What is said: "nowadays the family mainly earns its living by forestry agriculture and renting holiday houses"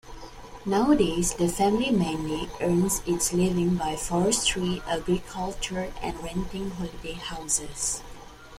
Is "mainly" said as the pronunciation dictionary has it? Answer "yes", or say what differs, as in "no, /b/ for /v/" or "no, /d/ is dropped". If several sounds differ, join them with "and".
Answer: no, /l/ is dropped